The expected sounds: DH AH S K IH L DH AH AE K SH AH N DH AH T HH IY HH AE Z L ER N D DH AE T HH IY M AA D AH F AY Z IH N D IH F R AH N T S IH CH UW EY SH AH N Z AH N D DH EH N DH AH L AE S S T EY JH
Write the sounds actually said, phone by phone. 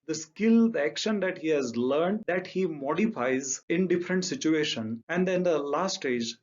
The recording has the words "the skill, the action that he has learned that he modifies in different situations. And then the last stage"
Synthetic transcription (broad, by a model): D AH S K IH L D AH AE K SH AH N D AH T HH IY HH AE Z L ER N D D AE T HH IY M AA D AH F AY Z IH N D IH F R AH N T S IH CH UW EY SH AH N AH N D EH N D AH L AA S S T EY JH